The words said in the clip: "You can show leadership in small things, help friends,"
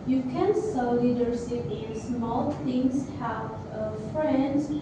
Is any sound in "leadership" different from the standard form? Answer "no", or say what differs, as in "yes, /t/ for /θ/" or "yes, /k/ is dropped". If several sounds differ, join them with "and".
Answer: yes, /s/ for /ʃ/